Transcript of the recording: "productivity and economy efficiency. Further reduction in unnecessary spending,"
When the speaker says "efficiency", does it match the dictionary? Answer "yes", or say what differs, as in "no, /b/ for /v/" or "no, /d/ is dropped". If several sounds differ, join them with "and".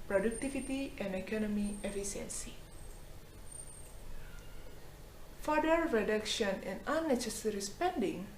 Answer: no, /s/ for /ʃ/